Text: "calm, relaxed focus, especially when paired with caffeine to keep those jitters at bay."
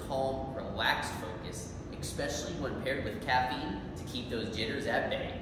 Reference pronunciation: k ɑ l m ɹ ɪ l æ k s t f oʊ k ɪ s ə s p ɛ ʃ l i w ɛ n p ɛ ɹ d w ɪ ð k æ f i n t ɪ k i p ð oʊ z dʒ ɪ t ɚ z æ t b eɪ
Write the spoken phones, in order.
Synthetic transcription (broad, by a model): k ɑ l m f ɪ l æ k s f oʊ k ɪ s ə s p ɛ ʃ l i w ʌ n p ɛ ɹ d w ɪ ð k æ f i n t ɪ k i p ð oʊ z dʒ ɪ t ɚ z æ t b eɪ